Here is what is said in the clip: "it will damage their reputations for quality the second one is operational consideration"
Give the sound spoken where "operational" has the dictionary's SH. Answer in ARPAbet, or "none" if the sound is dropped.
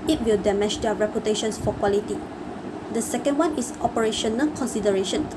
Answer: SH